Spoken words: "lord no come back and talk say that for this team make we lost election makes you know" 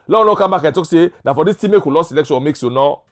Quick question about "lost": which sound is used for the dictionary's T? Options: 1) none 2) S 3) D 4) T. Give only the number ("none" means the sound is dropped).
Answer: 1